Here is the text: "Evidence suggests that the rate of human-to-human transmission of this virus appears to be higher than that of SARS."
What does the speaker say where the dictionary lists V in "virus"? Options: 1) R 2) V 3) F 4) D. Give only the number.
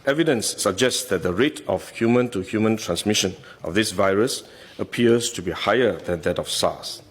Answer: 2